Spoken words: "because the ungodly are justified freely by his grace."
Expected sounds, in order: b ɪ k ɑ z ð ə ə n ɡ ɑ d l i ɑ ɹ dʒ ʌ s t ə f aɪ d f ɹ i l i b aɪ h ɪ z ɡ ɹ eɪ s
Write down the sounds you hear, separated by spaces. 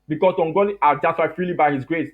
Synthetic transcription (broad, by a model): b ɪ k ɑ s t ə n ɡ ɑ l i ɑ l dʒ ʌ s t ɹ aɪ f ɹ i l i b aɪ h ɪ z ɡ ɹ eɪ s